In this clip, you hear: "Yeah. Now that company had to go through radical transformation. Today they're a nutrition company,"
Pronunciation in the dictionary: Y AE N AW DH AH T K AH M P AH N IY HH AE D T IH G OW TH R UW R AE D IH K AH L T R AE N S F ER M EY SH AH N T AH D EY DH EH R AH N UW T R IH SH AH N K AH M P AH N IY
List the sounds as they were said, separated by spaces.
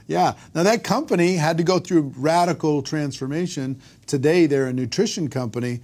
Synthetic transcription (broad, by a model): Y AE N AW DH AH T K AH M P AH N IY HH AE D T IH G OW TH R UW R AE D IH K L T R AE N S F ER M EY SH AH N T AH D EY DH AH R AH N UW T R IH SH AH N K AH M P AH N IY